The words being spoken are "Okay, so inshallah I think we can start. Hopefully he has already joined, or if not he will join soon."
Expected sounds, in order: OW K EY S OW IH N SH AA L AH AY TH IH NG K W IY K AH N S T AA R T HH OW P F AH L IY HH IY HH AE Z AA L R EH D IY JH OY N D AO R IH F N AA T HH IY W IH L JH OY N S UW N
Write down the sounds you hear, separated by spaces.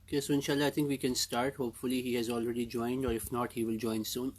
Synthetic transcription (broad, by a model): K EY S OW IH N SH AA L AH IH T IH NG K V IY K AH N S T AA R T HH OW P F AH L IY HH IY HH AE Z AA L R EH D IY JH OY N D AO R IH F N AA T HH IY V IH L JH OY N S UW N